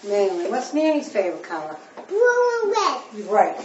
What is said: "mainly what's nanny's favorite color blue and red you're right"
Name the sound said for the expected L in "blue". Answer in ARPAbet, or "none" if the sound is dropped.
none